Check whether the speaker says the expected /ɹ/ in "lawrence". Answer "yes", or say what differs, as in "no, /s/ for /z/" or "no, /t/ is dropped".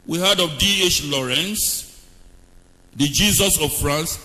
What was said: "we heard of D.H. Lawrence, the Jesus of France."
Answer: yes